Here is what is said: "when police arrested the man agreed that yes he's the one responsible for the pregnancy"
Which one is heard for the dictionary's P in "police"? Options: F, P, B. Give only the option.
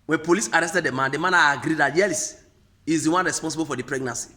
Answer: P